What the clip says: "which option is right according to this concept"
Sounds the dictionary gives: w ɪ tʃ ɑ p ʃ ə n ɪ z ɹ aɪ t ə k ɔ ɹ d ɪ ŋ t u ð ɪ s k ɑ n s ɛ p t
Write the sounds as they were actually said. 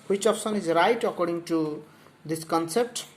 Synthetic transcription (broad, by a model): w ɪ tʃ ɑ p s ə n ɪ z ɹ aɪ t ə k ɔ ɹ d ɪ ŋ t u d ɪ s k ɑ n s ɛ p t